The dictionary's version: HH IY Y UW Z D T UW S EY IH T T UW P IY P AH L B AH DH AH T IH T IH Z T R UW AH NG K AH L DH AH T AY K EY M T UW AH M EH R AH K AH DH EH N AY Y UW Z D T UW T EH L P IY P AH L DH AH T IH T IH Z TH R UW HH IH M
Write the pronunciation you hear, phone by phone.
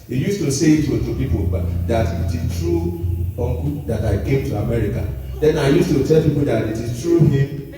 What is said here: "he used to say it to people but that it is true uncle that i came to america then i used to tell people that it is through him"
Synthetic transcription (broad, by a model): HH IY Y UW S T UW S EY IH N T UW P IY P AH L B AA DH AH T IH T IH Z T R UW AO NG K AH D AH T AY K EY M T UW AH M EH R AH K AH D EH N AY Y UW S T UW T EH L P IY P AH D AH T IH T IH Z T R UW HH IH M